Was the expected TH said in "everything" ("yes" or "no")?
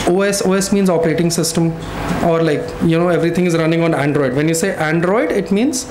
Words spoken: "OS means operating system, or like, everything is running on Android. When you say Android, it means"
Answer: no